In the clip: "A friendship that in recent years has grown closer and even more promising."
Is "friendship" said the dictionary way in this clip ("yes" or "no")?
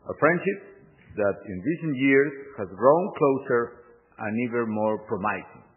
yes